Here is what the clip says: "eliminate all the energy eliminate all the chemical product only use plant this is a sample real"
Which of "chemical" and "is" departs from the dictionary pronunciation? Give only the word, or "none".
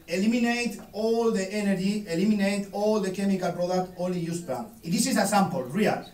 is